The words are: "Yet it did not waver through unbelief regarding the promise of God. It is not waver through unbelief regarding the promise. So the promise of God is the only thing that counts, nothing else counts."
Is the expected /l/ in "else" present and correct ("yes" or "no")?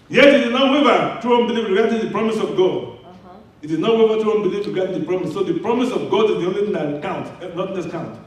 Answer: no